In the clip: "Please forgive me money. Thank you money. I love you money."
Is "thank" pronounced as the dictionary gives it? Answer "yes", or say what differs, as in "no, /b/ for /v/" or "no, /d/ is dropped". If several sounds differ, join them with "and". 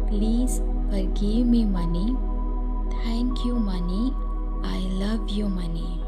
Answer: no, /t/ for /θ/